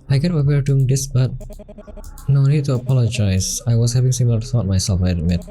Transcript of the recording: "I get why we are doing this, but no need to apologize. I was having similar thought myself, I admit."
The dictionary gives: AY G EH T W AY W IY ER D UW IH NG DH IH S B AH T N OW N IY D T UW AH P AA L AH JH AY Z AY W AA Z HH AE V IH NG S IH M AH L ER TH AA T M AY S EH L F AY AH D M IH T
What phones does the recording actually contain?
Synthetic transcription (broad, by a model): AY G EH T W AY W ER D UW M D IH S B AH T N OW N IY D T UW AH P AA L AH JH AY S AY W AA S HH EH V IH NG S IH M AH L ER S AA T M AY S EH L F AY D M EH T